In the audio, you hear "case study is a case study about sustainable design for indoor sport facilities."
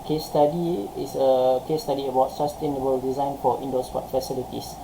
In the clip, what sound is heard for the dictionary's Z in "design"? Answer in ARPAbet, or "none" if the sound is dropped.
Z